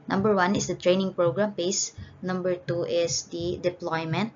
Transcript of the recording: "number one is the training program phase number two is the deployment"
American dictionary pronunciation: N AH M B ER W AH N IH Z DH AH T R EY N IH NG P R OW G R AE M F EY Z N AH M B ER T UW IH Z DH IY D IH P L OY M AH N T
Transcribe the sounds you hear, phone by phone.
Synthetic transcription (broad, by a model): N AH M B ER W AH N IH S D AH T R EY N IH NG P R OW G R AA M P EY S N AH M B ER T UW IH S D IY D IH P L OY M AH N T